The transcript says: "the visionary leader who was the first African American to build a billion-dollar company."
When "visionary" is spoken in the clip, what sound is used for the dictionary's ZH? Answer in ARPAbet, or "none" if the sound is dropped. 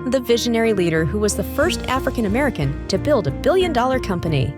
ZH